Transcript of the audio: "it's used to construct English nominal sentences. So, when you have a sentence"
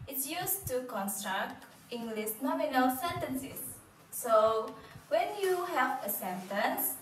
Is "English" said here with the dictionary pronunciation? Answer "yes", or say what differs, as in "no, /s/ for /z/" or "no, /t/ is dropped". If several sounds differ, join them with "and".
no, /s/ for /ʃ/